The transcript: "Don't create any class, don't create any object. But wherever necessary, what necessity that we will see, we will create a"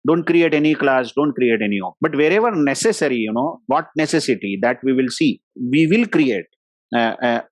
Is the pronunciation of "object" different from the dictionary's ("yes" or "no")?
yes